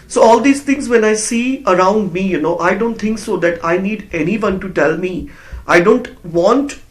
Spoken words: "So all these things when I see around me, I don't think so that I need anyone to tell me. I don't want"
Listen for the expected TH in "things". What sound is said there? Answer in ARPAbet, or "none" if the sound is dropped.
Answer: T